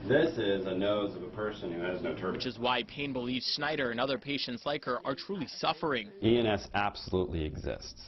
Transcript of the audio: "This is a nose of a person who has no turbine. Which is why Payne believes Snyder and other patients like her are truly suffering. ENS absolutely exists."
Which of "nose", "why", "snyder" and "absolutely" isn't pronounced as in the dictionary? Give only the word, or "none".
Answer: none